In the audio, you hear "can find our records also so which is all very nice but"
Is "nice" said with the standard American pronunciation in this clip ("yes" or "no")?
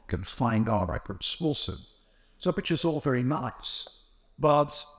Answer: yes